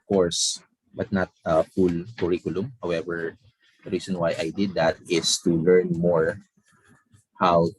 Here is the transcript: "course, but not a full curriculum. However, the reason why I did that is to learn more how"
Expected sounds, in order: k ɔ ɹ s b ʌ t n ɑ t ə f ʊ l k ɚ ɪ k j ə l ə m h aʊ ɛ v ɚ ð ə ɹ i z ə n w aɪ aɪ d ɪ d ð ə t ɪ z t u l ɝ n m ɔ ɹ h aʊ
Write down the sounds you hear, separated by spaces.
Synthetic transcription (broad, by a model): k ɔ ɹ s b ʌ t n ɑ t ə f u l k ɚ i k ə l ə m h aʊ ɛ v ɚ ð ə ɹ i s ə n w aɪ aɪ d ɪ d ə t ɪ s t u l ɝ n m ɔ ɹ h aʊ